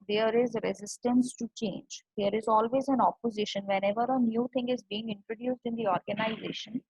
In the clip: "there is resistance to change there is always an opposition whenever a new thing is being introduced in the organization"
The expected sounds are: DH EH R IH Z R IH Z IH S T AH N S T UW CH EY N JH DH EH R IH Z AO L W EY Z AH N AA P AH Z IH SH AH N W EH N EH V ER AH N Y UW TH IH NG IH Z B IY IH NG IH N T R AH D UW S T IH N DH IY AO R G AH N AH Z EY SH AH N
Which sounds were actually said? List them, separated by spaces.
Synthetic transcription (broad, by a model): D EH R IH Z R IH Z IH S T AH N S T UW CH EY N JH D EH R IH Z AO L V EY Z AH N AA P AH Z IH SH AH N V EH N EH V ER AH N Y UW T IH NG IH Z B IY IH NG IH N T R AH D UW S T IH N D IY AO R G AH N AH Z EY SH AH N